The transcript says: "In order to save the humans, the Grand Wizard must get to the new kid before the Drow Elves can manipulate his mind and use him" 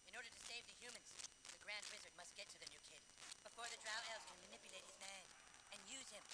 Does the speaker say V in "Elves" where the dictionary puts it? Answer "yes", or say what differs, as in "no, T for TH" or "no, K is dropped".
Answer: no, V is dropped